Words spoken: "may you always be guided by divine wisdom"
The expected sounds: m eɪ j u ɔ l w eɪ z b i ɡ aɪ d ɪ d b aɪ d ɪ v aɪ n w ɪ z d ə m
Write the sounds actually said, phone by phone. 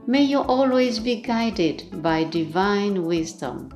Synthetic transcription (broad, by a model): m eɪ j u ɔ l w eɪ z b i ɡ aɪ d ɪ d b aɪ d ɪ v aɪ n w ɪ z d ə m